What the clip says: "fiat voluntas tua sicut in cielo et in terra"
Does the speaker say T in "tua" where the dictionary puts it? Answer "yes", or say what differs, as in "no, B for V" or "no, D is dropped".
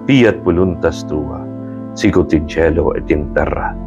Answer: yes